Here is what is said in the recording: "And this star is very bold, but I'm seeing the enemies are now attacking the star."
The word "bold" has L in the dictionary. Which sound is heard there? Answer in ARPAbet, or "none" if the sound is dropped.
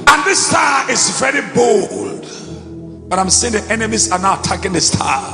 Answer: L